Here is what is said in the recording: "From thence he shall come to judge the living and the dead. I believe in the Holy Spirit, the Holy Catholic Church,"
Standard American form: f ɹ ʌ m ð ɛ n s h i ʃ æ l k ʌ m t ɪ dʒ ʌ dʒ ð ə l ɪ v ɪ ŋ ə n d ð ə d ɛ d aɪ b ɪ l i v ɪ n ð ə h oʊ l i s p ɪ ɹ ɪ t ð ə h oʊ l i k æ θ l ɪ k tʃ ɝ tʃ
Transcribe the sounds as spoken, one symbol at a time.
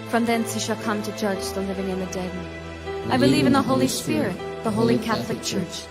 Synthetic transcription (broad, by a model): f ɹ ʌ m ð ɛ n s h i ʃ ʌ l k ʌ m t ɪ dʒ ʌ dʒ ð ə l ɪ v ɪ ŋ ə n ð ə d ɛ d aɪ b ɪ l i v ɪ n ð ə h oʊ l i s p ɪ ɹ ɪ t ð ə h oʊ l i k æ θ l ɪ k tʃ ɝ tʃ